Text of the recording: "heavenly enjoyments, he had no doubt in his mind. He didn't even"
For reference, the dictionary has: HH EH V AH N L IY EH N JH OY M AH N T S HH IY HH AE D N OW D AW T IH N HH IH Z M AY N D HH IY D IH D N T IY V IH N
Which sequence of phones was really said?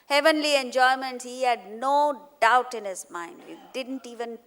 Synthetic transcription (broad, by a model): HH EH V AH N L IY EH N JH OY M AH N T HH IY HH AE D N OW D AW T IH N HH IH Z M AY N D HH IY D IH D N T IY V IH N